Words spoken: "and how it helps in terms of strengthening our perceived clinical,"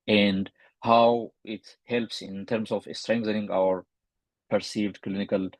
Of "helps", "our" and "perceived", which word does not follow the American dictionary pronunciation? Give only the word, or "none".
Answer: none